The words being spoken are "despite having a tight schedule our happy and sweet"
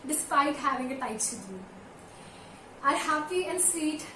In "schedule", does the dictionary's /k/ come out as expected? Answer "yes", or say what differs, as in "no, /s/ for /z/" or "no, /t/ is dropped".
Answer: no, /k/ is dropped